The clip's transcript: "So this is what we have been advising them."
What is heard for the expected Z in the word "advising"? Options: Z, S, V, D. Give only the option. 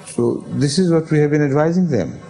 Z